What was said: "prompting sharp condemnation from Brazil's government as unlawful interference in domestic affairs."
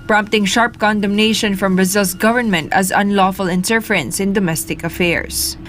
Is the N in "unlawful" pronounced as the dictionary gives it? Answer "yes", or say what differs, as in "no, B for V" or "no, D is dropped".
yes